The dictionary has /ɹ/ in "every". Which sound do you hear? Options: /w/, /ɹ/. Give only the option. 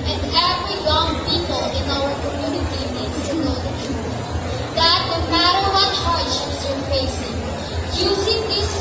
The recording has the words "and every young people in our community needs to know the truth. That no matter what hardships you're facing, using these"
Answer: /w/